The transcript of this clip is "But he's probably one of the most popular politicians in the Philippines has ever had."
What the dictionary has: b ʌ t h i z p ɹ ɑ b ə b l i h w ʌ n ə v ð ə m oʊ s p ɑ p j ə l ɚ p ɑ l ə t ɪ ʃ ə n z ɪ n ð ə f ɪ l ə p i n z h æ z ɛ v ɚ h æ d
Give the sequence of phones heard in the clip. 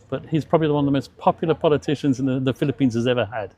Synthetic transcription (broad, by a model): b ʌ t h i z p ɹ ɑ b ə b l i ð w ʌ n ə v ð ə m oʊ s p ɑ p j l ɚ p ɑ l ə t ɪ ʃ ə n z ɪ n ð ə f ɪ l ə p i n z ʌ z ɛ v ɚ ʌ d